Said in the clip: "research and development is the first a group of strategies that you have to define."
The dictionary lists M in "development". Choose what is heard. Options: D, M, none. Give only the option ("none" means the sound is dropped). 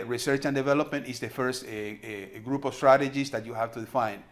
M